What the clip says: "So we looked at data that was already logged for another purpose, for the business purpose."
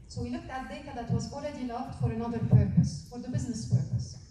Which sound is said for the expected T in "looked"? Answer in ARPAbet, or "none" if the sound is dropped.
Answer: T